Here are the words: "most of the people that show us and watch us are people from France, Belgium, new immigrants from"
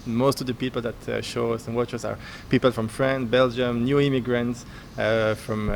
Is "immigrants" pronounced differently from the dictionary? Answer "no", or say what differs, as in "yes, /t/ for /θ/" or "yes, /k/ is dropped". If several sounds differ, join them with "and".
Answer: no